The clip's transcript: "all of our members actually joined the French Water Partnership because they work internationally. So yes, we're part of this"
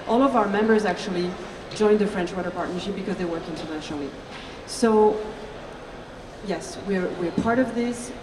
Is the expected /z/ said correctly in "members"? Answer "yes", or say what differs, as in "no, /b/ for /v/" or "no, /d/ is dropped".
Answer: yes